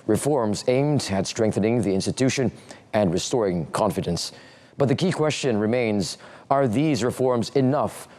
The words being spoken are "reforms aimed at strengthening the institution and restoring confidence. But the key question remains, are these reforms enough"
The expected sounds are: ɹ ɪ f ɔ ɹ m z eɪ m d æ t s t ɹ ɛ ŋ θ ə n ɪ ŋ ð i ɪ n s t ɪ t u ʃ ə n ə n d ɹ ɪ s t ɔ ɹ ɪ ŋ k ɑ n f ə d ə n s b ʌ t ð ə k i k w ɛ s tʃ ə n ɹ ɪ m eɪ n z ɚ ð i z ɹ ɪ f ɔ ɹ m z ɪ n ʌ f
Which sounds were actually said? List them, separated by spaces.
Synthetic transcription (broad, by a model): ɹ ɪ f ɔ ɹ m z eɪ m d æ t s t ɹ ɛ ŋ θ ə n ɪ ŋ ð i ɪ n s t ɪ t u ʃ ə n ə n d ɹ ɪ s t ɔ ɹ ɪ ŋ k ɑ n f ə d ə n s b ʌ t ð ə k i k w ɛ s tʃ ə n ɹ ɪ m eɪ n z ɚ ð i z ɹ ɪ f ɔ ɹ m z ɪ n ʌ f